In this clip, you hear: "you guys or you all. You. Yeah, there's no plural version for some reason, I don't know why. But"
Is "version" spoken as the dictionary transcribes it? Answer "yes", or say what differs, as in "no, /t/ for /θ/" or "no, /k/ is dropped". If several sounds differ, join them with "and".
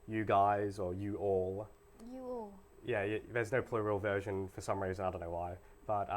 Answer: yes